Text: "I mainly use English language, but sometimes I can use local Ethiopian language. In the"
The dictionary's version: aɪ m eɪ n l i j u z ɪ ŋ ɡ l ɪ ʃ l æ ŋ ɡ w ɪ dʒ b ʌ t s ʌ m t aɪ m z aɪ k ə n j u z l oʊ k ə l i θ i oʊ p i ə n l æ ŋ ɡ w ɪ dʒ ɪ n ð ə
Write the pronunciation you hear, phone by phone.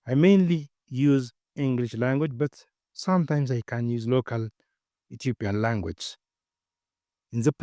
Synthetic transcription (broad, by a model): aɪ m eɪ n l i j u z ɪ ŋ ɡ l ɪ ʃ l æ ŋ ɡ w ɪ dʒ b ʌ t s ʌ m t aɪ m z aɪ k ə n j u z l oʊ k ə l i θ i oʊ p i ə n l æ ŋ ɡ w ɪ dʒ ɪ n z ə